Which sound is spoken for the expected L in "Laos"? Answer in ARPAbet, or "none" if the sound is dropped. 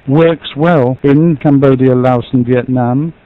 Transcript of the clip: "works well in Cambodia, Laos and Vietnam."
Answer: L